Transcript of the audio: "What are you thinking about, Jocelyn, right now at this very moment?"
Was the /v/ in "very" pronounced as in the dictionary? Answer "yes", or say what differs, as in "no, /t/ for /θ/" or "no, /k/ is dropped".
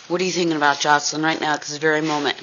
yes